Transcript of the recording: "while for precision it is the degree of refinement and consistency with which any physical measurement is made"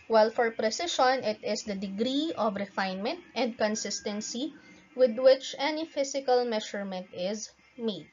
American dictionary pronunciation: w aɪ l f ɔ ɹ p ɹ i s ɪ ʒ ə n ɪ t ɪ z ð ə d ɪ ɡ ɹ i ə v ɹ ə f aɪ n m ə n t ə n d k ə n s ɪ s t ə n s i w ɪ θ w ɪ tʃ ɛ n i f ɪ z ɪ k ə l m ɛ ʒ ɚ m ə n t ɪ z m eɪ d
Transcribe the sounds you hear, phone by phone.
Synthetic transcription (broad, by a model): w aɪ l f ɔ ɹ p ɹ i s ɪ ʃ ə n ɪ t ɪ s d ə d ɪ ɡ ɹ i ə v ɹ ə f aɪ n m ə n t ə n d k ə n s ɪ s t ə n s i w ɪ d w ɪ tʃ ɛ n i f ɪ s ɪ k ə l m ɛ ʃ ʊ m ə n t ɪ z m eɪ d